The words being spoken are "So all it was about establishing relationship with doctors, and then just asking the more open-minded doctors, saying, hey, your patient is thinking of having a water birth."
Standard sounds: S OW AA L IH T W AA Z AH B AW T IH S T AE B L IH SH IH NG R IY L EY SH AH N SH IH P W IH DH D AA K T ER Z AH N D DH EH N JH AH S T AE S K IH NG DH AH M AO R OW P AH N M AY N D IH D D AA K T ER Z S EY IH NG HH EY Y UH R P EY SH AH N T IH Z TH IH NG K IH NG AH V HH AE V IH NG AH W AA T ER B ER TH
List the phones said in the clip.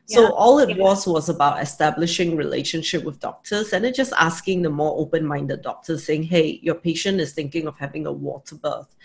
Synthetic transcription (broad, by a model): S OW AA L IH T W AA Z AH B AW T IH S T AE B L IH SH IH NG R IY L EY SH AH N SH IH P W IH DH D AA K T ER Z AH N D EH JH AH S T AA S K IH NG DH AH M AO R OW P AH N M AY N D IH D D AA K T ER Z S EY IH NG HH EY Y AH P EY SH AH N T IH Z TH IH NG K IH NG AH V HH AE V IH NG AH W AA T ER B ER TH